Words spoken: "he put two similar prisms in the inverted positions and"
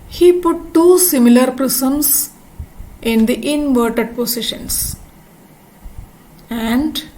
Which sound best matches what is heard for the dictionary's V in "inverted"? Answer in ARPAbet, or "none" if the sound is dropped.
V